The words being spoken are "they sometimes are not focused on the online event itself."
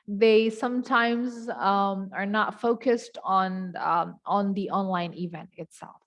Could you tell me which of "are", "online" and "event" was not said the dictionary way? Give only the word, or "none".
none